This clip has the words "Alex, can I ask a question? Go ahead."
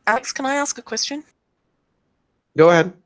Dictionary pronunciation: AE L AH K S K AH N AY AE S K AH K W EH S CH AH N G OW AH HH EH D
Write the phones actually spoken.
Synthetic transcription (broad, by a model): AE L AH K S K AH N AY AE S K AH K W EH S CH AH N G OW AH HH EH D